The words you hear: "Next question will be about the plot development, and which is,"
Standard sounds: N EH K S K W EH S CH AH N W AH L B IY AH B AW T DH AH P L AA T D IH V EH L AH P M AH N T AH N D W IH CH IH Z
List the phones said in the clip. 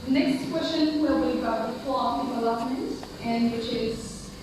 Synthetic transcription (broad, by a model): N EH K S K W EH S CH AH N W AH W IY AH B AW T DH AH F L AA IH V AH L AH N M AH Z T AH N W IH CH IH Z